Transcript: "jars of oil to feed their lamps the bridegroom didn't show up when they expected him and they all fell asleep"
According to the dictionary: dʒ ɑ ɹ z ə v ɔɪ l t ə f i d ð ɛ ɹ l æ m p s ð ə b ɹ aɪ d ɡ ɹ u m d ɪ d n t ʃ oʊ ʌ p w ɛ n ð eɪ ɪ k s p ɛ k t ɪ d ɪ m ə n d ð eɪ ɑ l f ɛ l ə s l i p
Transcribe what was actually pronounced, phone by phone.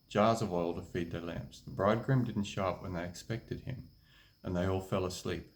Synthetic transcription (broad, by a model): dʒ ɑ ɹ z ə v ɔɪ l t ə f i d ð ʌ ɹ l æ m p s ð ə b ɹ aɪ d ɡ ɹ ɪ m d ɪ d n t ʃ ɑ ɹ p w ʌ n ð eɪ ɪ k s p ɛ k t ɪ d ɪ m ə n ð eɪ ɑ l f ɛ l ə s l i p